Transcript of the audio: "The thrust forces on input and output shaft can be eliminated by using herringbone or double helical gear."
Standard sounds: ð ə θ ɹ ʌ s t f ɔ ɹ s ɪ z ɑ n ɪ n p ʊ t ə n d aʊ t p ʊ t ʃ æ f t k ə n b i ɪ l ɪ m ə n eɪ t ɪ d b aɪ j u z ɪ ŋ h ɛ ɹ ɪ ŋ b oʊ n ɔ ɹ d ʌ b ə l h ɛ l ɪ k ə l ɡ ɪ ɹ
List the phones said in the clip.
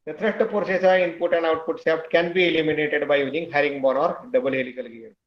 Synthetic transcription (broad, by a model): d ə t ɹ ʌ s t p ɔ ɹ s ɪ s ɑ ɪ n p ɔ t ə n d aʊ t p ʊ t s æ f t k ə n b i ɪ l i m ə n eɪ t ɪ d b aɪ j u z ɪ ŋ h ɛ ɹ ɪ ŋ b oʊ n ɔ ɹ d ʌ b ə l h ɛ l ɪ k ə l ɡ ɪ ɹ